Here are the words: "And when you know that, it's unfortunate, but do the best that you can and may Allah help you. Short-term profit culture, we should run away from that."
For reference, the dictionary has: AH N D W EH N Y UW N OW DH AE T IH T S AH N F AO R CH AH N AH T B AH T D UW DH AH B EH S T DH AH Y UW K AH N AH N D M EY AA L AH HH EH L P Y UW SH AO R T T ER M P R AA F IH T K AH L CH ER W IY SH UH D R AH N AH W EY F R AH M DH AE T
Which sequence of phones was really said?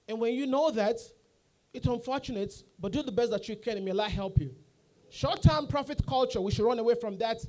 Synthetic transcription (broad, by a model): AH N W EH N Y UW N OW DH AE T IH T S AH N F AO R CH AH N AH T B AH T D UW DH AH B EH S T DH AH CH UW K AH N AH M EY AA AH HH EH L P Y UW SH AO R T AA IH M P R AA F IH T K AH L CH ER W IY SH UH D R AH N AH W EY F R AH M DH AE T